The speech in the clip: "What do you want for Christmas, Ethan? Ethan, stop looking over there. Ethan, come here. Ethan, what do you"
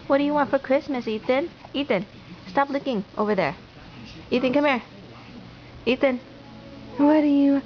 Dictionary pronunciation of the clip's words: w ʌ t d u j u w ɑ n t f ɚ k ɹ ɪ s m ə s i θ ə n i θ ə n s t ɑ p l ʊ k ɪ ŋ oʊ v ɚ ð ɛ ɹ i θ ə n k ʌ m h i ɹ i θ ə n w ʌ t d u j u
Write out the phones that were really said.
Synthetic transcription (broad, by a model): w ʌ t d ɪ j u w ɑ n t f ɚ k ɹ ɪ s m ə s i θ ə n i t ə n s t ɑ p l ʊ k ɪ ŋ oʊ v ɚ ð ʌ ɹ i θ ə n k ʌ m h i ɹ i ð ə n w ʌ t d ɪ j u